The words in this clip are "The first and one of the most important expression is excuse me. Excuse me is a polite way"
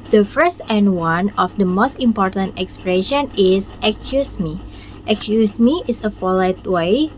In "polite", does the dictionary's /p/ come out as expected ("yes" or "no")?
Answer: no